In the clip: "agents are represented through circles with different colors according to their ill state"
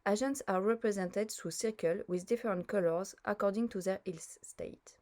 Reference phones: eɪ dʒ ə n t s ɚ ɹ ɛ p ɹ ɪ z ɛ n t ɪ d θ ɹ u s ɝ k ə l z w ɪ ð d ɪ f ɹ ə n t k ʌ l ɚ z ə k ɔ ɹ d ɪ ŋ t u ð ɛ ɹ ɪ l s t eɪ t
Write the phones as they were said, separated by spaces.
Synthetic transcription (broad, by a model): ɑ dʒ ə n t s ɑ ɹ ɛ p ɹ ɪ z ɛ n t ɪ d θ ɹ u s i k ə l w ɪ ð d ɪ f ɹ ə n t k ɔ l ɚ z ə k ɔ ɹ d ɪ ŋ t u ð ɛ ɹ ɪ l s t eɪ t